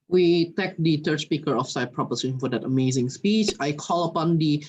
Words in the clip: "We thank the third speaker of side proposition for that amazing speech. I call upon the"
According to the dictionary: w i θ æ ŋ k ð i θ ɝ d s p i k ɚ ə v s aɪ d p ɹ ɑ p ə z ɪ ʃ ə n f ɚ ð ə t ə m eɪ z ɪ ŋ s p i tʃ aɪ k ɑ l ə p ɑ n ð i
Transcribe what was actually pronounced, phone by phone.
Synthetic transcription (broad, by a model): w i t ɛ k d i t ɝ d s p i k ɚ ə f s aɪ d p ɹ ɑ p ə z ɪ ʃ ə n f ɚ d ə t ə m eɪ z ɪ ŋ s p i tʃ aɪ k ɑ l ə p ɑ n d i